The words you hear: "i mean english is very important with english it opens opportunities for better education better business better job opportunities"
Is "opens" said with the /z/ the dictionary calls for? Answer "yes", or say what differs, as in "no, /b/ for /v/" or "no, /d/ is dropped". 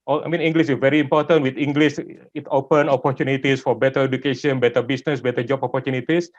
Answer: no, /z/ is dropped